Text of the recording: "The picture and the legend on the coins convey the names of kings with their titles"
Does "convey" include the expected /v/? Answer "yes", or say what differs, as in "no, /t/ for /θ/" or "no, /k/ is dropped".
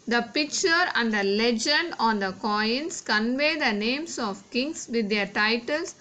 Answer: yes